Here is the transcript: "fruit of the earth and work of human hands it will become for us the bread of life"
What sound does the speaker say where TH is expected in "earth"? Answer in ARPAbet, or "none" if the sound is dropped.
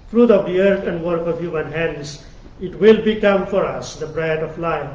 T